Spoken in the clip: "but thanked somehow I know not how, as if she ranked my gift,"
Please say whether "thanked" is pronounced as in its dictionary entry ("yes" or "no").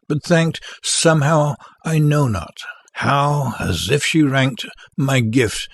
yes